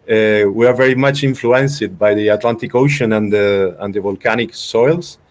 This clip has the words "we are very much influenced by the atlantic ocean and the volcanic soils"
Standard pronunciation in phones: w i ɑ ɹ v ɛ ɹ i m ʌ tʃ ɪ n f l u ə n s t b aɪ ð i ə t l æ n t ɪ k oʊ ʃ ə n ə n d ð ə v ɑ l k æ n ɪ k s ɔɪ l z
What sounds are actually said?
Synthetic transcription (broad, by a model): w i ɑ ɹ v ɛ ɹ i m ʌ tʃ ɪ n f l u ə n s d b aɪ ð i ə t l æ n t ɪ k oʊ ʃ ə n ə n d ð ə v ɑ l k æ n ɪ k s ɔɪ l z